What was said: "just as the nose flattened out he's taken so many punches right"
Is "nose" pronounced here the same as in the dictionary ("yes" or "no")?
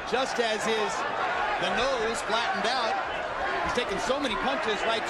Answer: yes